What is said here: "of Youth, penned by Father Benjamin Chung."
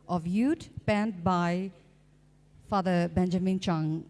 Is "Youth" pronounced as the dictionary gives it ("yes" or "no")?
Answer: no